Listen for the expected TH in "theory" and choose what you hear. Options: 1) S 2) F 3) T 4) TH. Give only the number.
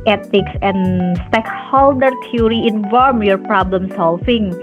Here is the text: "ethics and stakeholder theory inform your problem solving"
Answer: 3